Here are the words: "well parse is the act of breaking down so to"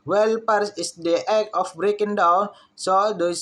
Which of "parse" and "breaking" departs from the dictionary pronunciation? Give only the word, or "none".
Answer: none